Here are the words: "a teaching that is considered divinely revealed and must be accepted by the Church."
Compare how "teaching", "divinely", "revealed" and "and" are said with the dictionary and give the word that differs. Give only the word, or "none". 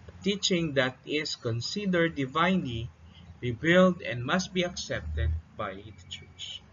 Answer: revealed